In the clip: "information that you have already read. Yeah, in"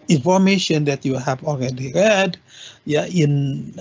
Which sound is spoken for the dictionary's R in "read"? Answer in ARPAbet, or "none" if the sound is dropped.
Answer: R